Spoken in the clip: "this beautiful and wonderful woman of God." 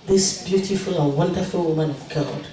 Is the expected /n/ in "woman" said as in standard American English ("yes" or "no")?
yes